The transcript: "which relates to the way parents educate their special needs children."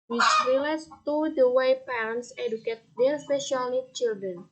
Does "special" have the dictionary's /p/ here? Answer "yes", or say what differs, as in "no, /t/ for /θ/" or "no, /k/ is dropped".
no, /p/ is dropped